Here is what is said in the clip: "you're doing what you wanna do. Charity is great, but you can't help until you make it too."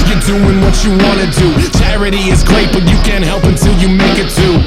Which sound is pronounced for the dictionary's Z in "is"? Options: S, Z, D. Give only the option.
Z